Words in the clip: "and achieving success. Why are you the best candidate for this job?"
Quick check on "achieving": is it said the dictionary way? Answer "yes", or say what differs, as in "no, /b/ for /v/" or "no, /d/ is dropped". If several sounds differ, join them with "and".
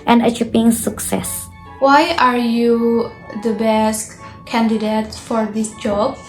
no, /p/ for /v/